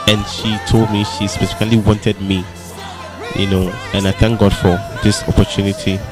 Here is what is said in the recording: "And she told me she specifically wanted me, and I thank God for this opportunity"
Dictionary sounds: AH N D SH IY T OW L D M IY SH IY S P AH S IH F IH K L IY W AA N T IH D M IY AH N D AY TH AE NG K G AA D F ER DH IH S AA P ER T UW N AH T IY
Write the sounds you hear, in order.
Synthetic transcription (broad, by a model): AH N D SH IY T OW L D M IY SH IY S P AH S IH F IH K L IY W AA N T IH D M IY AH N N AY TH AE NG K G AA D F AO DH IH S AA P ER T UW N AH T IY